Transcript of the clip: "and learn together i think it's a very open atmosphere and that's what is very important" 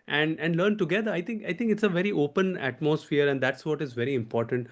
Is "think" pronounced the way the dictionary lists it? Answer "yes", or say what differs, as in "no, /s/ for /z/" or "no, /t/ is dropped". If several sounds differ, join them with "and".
no, /t/ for /θ/